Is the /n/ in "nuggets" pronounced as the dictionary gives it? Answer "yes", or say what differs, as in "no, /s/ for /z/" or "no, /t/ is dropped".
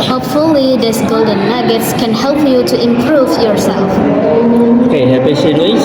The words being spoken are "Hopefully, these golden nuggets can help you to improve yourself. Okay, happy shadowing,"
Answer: no, /l/ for /n/